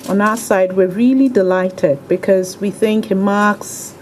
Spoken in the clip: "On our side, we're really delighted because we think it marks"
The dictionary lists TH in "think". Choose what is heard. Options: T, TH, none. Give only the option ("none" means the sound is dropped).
TH